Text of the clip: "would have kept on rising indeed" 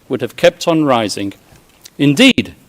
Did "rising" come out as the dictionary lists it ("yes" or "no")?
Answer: yes